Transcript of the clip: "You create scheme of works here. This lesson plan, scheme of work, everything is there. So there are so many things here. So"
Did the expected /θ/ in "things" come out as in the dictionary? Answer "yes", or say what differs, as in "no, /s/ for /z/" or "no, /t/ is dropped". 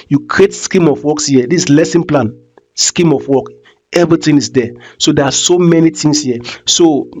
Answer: no, /t/ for /θ/